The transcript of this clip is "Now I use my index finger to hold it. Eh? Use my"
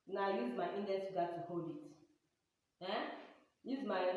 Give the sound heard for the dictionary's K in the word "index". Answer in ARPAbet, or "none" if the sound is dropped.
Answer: none